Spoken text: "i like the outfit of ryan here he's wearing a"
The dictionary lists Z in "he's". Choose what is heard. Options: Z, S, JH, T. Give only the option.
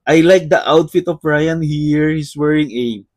S